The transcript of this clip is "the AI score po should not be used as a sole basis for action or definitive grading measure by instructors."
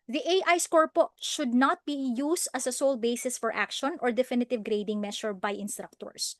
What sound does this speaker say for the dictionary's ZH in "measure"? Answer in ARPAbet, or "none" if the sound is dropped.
SH